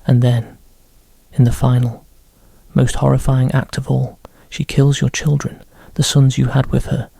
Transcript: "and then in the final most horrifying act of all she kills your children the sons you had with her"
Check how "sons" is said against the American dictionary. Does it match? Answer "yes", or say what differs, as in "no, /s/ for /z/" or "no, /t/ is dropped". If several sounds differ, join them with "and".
yes